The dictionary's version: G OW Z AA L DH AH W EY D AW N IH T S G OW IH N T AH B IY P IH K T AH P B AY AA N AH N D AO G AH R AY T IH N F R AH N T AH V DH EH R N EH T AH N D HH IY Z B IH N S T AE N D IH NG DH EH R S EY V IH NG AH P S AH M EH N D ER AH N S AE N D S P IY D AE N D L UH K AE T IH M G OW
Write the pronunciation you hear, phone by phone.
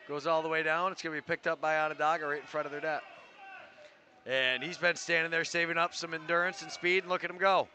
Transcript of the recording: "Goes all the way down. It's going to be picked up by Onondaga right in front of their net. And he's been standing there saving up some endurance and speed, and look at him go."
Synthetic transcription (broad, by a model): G OW Z AA L DH AH W EY D AW N IH T S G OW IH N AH B IY P IH K T AH P B AY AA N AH D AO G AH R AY IH N F R AH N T AH V DH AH R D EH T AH N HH IY Z B IH N S T AE N D IH NG DH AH R S EY V IH NG AH P S AH M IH N D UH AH N S N S P IY D N L UH K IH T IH M G OW